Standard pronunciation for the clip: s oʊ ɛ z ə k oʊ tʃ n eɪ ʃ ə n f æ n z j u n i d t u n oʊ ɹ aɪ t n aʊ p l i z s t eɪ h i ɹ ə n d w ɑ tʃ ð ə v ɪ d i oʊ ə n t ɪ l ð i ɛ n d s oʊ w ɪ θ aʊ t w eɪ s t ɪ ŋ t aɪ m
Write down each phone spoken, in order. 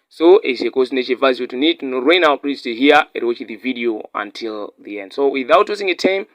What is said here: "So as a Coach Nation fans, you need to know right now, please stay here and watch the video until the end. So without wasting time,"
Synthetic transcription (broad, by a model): s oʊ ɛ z ə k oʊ s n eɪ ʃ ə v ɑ z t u n i d t u n oʊ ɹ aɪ n aʊ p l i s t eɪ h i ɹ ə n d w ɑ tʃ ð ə v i d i oʊ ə n t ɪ l ð i ɛ n d s oʊ w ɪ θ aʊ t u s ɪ ŋ t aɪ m